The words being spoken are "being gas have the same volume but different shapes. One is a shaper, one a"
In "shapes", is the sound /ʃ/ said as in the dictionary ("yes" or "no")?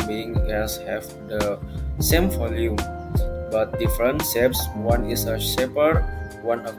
no